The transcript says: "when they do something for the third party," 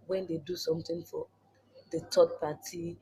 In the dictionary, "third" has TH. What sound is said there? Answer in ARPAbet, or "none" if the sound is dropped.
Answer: T